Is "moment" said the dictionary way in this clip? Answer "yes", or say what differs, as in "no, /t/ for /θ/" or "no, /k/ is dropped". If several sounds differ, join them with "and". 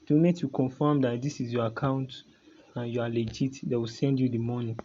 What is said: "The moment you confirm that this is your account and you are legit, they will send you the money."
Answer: no, /n/ is dropped